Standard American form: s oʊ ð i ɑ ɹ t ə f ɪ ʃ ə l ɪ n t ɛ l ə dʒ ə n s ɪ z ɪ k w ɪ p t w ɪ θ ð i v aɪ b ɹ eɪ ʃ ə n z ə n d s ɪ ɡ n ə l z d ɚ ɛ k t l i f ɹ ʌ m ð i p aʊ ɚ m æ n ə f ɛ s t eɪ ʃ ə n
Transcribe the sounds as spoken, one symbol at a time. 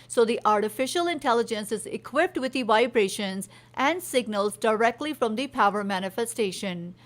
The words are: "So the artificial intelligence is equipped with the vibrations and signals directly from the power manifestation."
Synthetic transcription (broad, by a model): s oʊ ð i ɑ ɹ t ə f ɪ ʃ ə l ɪ n t ɛ l ə dʒ ə n s ɪ z ɪ k w ɪ p t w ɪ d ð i v aɪ b ɹ eɪ ʃ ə n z ə n d s ɪ ɡ n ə l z d ɚ ɛ k t l i f ɹ ʌ m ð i p aʊ ɚ m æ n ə f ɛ s t eɪ ʃ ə n